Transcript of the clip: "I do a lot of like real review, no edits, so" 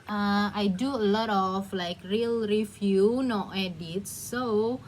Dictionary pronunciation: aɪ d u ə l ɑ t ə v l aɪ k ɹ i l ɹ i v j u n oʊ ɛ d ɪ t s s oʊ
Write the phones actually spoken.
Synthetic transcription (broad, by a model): aɪ d u ə l ɑ t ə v l aɪ k ɹ i l ɹ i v j u n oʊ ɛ d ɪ t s s oʊ